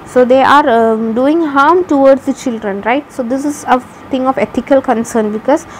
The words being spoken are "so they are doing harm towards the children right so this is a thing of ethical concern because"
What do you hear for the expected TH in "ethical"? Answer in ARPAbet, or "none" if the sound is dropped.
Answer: T